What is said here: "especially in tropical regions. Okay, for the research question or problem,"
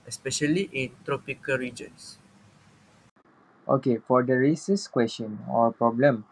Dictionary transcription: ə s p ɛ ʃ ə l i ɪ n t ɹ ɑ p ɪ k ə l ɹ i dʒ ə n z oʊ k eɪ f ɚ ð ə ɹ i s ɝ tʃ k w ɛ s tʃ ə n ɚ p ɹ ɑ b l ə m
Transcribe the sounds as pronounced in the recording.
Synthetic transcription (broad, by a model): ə s p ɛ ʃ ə l i ɪ n t ɹ ɑ p ɪ k ə l ɹ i dʒ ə n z oʊ k eɪ f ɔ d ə ɹ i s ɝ s k w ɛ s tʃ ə n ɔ p ɹ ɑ b l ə m